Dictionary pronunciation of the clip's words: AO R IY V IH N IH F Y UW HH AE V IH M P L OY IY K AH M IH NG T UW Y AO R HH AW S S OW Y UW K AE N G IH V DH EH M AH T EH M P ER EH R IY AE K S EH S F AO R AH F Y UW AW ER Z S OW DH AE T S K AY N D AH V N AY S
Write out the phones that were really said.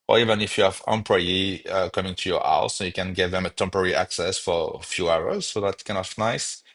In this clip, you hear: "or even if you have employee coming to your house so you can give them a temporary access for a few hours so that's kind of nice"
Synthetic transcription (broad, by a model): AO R IY V IH N IH F Y UW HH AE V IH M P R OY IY K AH M IH NG T UW Y AO R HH AW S S OW Y UW K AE N G IH V DH EH M AH T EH M P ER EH R IY AE K S EH S F AO R F Y UW AW ER Z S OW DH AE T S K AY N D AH F N AY S